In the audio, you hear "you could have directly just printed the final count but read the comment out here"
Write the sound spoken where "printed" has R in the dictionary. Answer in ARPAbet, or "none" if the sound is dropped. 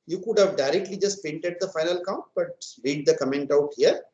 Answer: none